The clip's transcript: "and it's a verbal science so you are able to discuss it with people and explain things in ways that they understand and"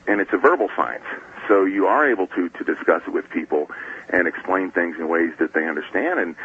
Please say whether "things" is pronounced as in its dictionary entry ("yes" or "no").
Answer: yes